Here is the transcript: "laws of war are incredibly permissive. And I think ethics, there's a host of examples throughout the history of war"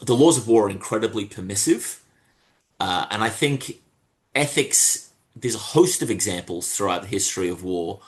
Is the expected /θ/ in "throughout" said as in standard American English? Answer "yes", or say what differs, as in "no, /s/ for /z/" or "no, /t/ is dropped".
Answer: yes